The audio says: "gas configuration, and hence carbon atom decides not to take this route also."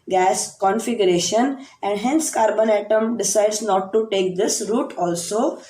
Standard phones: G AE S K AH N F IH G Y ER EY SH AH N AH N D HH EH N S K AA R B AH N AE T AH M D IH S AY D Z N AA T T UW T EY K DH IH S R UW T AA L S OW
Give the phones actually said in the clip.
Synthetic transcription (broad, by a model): G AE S K AH N F IH G Y ER EY SH AH N AH N D HH EH N S K AA R B AH N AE T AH M D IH S AY D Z N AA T T UW T EY K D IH S R UW T AA L S OW